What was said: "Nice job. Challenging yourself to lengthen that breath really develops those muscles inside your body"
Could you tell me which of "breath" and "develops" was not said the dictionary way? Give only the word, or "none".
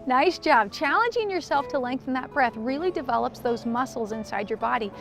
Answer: none